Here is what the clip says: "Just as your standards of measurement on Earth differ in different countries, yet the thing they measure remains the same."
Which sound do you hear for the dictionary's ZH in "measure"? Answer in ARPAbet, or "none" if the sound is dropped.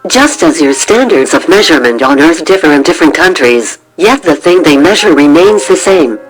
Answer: ZH